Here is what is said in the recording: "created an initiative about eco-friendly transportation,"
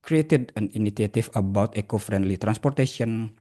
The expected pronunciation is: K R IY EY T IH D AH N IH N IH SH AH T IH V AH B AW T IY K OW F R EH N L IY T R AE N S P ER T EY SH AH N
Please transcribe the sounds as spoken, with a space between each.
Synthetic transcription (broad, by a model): K R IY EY T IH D AH N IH N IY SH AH T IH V AH B AW T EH K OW F R EH N L IY T R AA N S P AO T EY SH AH N